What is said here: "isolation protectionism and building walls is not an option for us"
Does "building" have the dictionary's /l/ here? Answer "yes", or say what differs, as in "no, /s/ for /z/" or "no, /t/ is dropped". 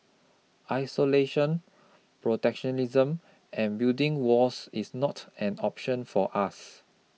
no, /l/ is dropped